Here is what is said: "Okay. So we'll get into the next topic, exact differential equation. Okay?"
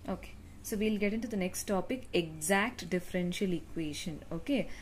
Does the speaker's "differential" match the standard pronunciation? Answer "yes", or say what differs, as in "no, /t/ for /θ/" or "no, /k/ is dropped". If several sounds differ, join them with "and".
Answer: yes